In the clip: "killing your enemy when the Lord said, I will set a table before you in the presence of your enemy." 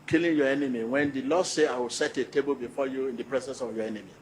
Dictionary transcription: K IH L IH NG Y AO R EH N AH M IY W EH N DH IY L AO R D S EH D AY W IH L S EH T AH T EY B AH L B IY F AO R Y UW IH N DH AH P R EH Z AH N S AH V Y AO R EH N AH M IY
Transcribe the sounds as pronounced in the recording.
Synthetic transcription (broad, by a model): K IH L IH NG Y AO EH N AH M IY W EH N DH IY L AO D S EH AY W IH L S EH T AH T EY B AH L B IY F AO Y UW IH N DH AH P R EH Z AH N S AH V Y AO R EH N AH M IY